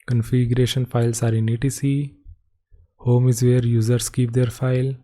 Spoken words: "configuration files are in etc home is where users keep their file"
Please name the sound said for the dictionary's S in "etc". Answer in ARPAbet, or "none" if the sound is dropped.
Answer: none